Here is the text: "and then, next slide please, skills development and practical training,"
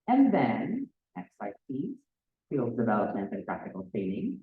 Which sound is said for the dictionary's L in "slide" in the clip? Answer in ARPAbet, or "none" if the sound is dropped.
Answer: none